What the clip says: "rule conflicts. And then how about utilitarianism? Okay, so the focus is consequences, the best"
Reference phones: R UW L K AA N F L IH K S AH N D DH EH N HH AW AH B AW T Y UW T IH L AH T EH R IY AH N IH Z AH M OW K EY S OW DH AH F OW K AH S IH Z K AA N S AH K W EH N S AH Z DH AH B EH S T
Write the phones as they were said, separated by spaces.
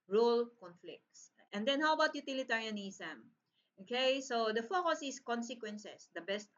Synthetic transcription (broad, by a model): R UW L K AA N F L IH K S AH N D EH N HH AW AH B AW T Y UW T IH L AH T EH R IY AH N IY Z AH M OW K EY S OW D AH F OW K AH S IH S K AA N S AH K W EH N S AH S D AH B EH S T